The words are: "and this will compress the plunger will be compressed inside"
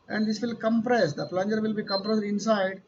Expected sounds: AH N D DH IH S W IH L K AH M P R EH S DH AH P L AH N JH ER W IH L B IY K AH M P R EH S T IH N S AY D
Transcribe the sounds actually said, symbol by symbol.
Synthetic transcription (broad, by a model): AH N D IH S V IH L K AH M P R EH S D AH P L AH N JH ER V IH L B IY K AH M P R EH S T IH N S AY D